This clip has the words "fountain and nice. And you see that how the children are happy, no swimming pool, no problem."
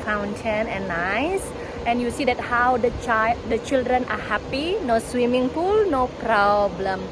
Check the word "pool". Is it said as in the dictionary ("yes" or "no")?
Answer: no